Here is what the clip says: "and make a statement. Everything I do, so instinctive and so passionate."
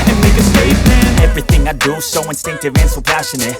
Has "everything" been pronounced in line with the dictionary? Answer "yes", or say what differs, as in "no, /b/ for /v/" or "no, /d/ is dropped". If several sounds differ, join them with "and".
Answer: yes